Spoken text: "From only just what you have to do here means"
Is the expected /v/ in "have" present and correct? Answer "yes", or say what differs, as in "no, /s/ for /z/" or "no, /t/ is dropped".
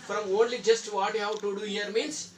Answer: no, /w/ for /v/